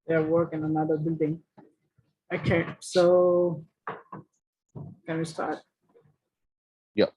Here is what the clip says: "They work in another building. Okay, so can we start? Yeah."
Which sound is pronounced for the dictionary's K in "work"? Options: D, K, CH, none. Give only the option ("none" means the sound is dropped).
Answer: K